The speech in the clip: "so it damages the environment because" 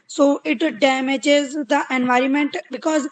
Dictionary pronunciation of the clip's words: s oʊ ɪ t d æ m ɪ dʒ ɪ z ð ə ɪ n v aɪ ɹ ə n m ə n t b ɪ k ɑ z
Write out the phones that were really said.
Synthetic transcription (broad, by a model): s oʊ ɪ t d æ m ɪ dʒ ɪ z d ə ɪ n v aɪ ɹ ə n m ə n t b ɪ k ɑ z